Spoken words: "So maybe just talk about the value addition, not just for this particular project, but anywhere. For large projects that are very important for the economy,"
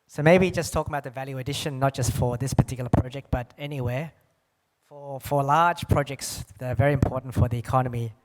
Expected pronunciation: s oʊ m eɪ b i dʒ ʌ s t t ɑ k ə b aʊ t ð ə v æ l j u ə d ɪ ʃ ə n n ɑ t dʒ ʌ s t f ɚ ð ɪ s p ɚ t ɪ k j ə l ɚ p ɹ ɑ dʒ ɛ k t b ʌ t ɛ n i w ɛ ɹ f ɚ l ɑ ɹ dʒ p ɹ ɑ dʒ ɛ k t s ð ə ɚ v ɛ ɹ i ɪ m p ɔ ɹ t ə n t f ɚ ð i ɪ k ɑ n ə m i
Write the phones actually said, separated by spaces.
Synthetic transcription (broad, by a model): s oʊ m eɪ b i dʒ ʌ s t t ɑ k ə b aʊ t ð ə v æ l j u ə d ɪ ʃ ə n n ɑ t dʒ ʌ s t f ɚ ð ɪ s p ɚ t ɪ k j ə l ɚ p ɹ ɑ dʒ ɛ k t b ʌ t ɛ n i w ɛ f f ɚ l ɑ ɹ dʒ p ɹ ɑ dʒ ɛ k t s ð ə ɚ v ɛ ɹ i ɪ m p ɔ ɹ t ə n t f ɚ ð i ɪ k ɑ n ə m i